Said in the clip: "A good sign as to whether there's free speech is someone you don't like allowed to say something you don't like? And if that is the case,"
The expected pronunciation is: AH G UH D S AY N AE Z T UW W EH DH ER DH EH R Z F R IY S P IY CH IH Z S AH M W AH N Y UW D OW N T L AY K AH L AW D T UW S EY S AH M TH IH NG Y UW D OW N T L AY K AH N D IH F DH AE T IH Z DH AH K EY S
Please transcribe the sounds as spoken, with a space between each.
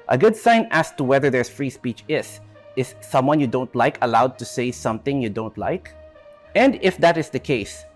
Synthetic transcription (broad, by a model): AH G UH D S AY N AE S T UW W EH DH ER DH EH R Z F R IY S P IY CH IH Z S AH M W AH N Y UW D OW N T L AY K AH L AW D T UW S EY S AH M TH IH NG Y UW D OW N T L AY K AH N D IH F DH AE T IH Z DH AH K EY S